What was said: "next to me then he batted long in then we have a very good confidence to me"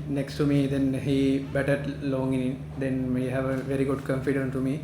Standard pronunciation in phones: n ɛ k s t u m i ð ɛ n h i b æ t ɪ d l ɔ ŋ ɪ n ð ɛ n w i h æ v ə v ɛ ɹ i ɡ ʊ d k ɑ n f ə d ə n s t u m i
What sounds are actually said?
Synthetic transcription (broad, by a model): n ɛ k s t u m i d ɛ n h i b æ t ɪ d l ɔ ŋ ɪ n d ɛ n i h æ v ə v ɛ ɹ i ɡ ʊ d k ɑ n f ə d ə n t u m i